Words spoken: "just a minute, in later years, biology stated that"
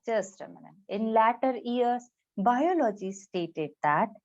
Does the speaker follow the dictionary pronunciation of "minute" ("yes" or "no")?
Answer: no